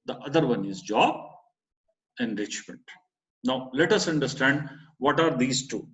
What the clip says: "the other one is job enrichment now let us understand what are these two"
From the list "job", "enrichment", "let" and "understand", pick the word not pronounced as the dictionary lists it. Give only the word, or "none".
none